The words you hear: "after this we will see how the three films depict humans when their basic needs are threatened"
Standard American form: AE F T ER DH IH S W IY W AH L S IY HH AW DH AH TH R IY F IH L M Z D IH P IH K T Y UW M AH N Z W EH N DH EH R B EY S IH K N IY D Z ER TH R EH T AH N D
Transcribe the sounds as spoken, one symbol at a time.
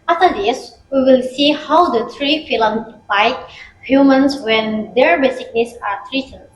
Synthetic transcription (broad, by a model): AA F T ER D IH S W IY W AH L S IY HH AW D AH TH R IY F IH L M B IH IH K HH Y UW M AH N S W EH N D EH R B EY S IH K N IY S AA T R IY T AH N